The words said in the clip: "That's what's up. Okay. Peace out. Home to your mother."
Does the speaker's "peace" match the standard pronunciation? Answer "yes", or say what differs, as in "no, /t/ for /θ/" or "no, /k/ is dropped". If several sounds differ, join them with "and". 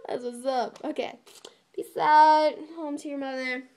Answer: no, /b/ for /p/